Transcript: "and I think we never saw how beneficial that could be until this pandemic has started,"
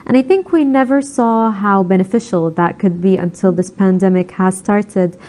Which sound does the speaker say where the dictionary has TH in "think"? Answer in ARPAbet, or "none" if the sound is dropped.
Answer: TH